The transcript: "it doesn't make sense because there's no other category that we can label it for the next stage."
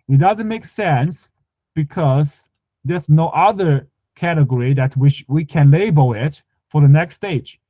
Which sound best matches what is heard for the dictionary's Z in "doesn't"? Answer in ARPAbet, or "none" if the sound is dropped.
Z